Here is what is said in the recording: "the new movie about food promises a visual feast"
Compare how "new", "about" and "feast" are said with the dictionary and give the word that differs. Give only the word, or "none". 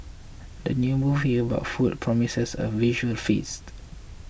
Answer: none